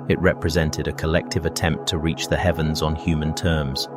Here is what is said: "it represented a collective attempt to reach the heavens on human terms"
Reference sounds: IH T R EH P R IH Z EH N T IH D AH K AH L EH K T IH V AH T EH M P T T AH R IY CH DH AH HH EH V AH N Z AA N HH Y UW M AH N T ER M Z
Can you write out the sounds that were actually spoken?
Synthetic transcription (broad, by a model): IH T R EH P R IH Z EH N T IH D AH K AH L EH K T IH V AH T EH M P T T AH R IY CH DH AH HH EH V AH N Z N HH Y UW M AH N T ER M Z